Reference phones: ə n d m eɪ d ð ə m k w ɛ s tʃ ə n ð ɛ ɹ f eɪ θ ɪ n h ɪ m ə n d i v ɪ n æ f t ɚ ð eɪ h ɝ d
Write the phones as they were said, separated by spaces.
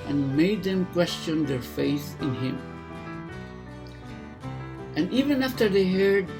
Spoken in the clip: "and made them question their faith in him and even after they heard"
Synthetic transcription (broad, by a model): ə n m eɪ d ð ə m k w ɛ s tʃ ə n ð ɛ ɹ f eɪ θ ɪ n h ɪ m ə n i v ɪ n æ f t ɚ ð eɪ h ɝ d